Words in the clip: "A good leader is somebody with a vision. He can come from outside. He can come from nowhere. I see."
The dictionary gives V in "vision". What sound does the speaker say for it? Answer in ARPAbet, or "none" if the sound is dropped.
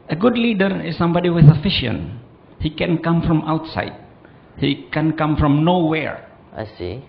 F